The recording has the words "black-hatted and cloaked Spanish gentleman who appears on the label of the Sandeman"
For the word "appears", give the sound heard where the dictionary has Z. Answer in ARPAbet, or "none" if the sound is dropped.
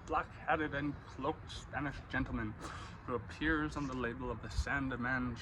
Z